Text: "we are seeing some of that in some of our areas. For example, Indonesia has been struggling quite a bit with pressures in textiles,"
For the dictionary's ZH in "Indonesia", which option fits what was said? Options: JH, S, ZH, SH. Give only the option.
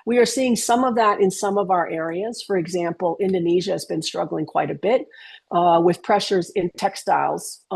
ZH